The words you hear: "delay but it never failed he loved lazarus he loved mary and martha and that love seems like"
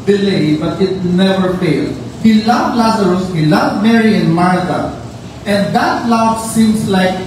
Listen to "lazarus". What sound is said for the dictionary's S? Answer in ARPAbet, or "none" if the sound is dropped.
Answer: S